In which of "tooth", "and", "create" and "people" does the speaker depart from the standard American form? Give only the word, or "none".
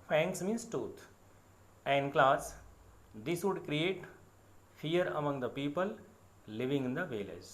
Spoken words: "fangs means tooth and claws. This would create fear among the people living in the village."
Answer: tooth